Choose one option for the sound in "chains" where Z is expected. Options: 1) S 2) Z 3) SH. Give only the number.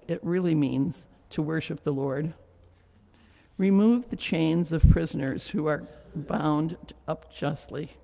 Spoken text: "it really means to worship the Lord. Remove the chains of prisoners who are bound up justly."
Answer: 2